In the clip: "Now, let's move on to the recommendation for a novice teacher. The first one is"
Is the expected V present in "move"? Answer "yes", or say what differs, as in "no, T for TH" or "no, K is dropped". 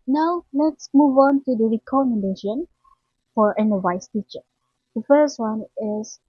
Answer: yes